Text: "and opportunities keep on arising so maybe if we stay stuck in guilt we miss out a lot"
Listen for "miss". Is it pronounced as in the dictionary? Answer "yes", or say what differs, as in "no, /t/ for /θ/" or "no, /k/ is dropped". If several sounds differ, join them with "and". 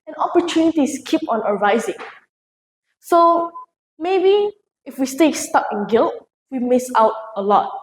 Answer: yes